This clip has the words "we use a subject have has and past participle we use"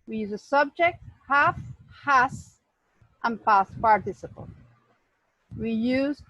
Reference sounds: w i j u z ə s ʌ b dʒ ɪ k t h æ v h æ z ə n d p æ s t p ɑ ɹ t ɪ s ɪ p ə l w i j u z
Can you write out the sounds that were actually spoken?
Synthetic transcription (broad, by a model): w i j u z ə s ʌ b dʒ ɪ k t h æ f h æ s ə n p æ s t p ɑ ɹ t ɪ s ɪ p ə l w i j u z